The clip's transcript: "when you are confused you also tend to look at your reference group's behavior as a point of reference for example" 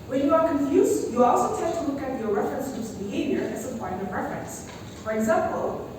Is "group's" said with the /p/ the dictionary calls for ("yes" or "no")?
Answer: no